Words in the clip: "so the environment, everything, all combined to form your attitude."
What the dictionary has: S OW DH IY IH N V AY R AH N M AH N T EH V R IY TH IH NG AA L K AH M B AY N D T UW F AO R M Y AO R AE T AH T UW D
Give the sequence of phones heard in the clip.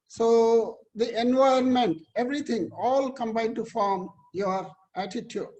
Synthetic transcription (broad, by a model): S OW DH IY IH N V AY AH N M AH N T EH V R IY T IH NG AA L K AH M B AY D T UW F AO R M Y AO R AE T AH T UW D